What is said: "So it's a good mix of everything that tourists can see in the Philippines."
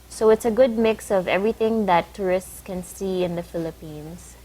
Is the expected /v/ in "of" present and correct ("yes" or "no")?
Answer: yes